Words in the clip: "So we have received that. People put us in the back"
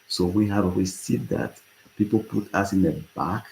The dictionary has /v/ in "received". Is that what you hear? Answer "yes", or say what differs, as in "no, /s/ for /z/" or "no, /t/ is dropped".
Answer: no, /v/ is dropped